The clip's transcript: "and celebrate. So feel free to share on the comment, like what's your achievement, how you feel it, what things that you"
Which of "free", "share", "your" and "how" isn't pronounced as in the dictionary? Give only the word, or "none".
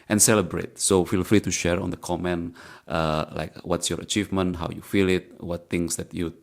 free